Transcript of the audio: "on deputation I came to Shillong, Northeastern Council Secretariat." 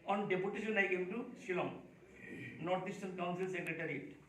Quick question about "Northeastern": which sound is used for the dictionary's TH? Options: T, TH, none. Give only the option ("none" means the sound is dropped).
T